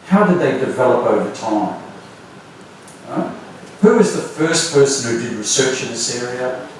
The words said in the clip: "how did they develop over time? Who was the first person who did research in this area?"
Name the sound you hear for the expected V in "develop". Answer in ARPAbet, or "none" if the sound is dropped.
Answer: V